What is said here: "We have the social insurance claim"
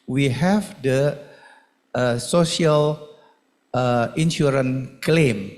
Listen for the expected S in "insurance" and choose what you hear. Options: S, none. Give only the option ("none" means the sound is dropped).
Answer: none